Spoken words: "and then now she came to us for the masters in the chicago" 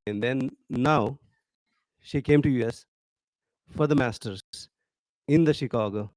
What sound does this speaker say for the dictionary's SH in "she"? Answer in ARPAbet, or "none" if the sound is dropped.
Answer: SH